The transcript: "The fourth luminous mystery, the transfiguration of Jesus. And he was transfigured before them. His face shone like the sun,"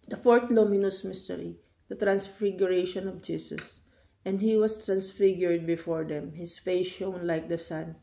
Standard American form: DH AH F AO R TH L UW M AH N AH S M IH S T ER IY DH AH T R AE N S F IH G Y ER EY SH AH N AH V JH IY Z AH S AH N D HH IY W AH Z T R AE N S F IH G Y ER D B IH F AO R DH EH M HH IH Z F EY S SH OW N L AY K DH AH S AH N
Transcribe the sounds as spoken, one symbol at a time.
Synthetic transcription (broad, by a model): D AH F AO R T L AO M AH N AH S M IH S T ER IY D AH T R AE N S F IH G Y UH EY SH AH N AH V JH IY S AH S AH N D HH IY W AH S T R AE N S F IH G Y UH D B IH F AO R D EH M HH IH S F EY SH OW N L AY K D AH S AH N